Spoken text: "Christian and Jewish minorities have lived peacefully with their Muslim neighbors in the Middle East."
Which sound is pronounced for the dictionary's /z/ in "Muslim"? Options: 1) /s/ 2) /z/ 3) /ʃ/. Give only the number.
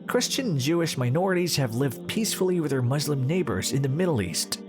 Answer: 2